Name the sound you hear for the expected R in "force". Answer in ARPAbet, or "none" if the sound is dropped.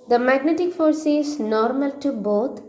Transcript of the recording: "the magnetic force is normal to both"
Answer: R